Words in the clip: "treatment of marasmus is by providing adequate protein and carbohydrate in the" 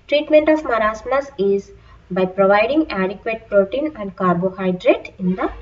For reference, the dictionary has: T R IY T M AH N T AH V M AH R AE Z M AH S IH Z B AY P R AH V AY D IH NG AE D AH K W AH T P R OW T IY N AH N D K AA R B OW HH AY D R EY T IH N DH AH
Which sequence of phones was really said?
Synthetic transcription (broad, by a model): T R IY T M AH N T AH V M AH R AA S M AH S IH Z B AY P R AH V AY D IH NG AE D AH K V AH T P R OW T IY N AH N D K AA R B OW HH AY D R EY T IH N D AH